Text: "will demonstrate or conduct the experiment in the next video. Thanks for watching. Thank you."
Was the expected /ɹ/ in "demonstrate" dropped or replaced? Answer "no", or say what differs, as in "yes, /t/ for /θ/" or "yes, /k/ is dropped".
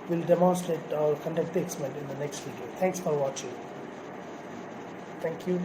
yes, /ɹ/ is dropped